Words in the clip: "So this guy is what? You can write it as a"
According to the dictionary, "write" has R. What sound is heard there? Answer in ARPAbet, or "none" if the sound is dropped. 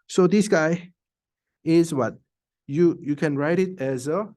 R